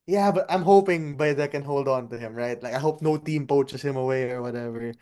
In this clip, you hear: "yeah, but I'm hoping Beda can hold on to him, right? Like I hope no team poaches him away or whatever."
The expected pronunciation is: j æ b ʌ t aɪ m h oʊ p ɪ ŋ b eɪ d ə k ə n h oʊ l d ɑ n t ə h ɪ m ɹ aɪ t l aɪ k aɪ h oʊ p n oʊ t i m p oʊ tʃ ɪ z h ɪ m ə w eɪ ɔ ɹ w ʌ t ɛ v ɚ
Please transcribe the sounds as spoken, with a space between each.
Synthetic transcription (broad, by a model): j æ b ʌ t aɪ m h oʊ p ɪ ŋ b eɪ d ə k ə n h oʊ l d ɑ n t ə h ɪ m ɹ aɪ t l aɪ k aɪ h oʊ p n oʊ t i m p oʊ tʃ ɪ s h ɪ m ə w eɪ ɔ ɹ w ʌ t ɛ v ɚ